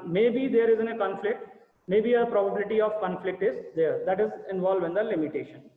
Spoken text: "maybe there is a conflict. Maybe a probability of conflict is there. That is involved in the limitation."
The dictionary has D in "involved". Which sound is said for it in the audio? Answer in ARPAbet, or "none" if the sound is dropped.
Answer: none